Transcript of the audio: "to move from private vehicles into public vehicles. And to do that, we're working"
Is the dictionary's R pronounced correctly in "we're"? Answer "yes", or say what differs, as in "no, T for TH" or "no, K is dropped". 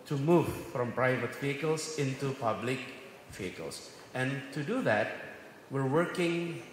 yes